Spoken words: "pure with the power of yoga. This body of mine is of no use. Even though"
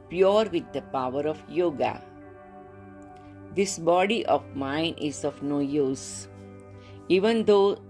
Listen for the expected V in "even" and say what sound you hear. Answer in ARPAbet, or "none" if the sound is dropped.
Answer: V